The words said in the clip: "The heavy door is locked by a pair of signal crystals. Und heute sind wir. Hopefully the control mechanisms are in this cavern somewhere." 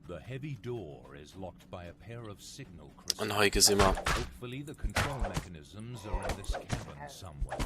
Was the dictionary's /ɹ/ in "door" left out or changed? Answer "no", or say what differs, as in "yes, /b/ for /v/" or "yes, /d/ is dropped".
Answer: no